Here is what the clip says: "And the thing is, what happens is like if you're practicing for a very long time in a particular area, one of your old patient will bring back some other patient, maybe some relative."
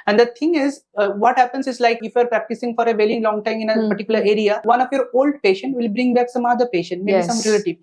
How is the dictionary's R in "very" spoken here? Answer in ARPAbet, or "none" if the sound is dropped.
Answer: L